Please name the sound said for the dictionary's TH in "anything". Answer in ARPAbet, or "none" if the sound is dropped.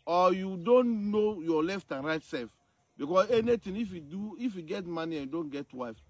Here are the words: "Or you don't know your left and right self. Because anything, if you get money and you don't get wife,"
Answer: T